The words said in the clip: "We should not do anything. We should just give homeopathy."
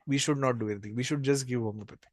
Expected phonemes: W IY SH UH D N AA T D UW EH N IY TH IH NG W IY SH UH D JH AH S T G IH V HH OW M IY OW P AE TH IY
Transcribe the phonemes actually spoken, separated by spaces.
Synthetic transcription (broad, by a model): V IY SH UH D N AA T D UW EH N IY T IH NG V IY SH UH D JH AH S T G IH V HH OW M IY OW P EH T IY